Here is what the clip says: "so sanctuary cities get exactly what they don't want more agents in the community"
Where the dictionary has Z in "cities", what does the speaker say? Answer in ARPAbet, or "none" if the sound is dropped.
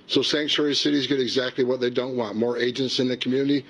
Z